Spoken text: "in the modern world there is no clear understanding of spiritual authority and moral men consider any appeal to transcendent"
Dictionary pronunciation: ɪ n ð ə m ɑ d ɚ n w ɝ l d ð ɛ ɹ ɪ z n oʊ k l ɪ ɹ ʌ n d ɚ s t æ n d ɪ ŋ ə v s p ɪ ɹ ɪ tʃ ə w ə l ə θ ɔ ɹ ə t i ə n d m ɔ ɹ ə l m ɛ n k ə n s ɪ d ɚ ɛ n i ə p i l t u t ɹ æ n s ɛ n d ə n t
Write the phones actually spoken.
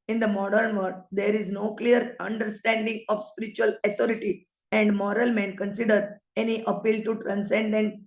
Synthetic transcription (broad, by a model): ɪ n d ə m ɑ d ɚ n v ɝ d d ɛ ɹ ɪ z n oʊ k l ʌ ɹ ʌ n d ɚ s t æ n d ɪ ŋ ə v s p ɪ ɹ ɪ tʃ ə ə l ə t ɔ ɹ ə t i ə n d m ɔ ɹ ə l m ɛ n k ə n s ɪ d ɚ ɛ n i ə p i l t u t ɹ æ n s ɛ n d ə n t